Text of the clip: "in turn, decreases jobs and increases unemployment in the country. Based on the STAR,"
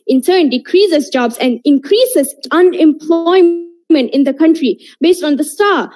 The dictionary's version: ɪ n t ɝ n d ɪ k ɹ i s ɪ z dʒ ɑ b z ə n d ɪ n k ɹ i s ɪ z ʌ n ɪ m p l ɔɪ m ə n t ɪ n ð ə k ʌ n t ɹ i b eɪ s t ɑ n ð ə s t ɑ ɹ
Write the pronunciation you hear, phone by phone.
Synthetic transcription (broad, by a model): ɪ n s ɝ n d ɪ k ɹ i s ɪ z dʒ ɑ b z ə n d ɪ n k ɹ i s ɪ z ʌ n ɪ m p l ɔɪ m ə n t ɪ n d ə k ʌ n t ɹ i b eɪ s t ɑ n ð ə s t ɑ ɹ